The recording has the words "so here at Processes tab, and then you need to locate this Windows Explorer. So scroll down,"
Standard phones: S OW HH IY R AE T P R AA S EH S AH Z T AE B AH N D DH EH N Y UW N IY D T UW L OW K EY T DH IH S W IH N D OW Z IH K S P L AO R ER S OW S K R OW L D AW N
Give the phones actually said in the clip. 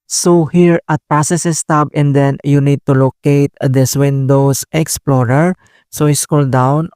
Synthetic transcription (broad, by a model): S OW HH IY R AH T P R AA S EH S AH S T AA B AH N D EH N Y UW N IY D T UW L OW K EY T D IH S W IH N D OW S IH K S P L AO R ER S OW S K OW L D AW N